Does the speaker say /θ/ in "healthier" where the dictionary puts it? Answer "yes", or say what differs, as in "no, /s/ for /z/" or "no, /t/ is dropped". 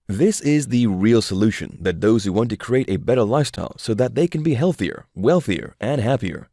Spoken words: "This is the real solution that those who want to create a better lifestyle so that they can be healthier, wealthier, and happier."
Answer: yes